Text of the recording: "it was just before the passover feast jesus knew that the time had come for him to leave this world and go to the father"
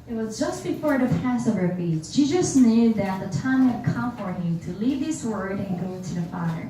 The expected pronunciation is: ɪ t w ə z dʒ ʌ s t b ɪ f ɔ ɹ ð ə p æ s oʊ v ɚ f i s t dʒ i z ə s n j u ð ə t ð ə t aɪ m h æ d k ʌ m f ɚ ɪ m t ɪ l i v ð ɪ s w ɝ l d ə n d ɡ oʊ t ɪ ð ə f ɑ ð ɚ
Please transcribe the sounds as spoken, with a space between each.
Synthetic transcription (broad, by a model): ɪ t w ə z dʒ ʌ s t b ɪ f ɔ ɹ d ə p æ s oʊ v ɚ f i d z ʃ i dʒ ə s n j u ð ə t ð ə t aɪ m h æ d k ʌ m f ɚ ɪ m t ɪ l i v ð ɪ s w ɝ d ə n ɡ oʊ t ɪ ð ə f ɑ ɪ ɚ